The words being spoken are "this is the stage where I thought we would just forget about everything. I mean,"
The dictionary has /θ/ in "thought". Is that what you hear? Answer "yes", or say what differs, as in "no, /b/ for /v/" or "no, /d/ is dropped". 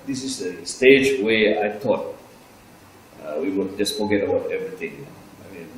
no, /t/ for /θ/